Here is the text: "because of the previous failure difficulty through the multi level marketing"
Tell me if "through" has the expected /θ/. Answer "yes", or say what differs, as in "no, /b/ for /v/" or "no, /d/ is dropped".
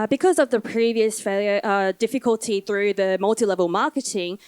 yes